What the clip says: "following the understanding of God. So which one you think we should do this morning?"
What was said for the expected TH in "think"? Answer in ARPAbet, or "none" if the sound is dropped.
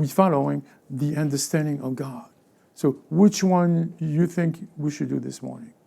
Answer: TH